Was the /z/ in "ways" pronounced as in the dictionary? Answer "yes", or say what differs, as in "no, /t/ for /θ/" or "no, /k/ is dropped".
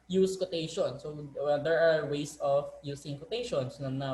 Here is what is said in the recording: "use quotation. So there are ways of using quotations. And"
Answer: no, /s/ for /z/